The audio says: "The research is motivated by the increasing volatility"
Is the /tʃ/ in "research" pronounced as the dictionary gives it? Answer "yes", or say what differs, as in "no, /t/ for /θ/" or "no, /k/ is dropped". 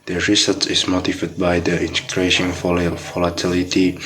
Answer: no, /s/ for /tʃ/